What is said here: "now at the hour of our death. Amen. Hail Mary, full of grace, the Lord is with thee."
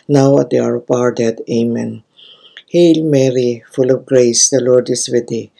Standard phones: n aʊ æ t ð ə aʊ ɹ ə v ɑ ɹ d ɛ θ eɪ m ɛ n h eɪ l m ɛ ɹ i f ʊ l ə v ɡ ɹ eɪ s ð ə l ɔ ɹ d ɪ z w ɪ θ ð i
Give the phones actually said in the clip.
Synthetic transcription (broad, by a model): n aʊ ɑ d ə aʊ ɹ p ɑ ɹ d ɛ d eɪ m ɛ n h eɪ l m ɛ ɹ i f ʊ l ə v ɡ ɹ eɪ s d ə l ɔ ɹ d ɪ s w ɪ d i